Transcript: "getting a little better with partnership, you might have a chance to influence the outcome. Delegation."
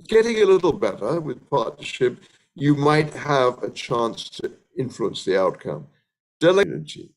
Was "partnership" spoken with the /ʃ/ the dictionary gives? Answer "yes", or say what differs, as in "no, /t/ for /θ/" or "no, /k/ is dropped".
yes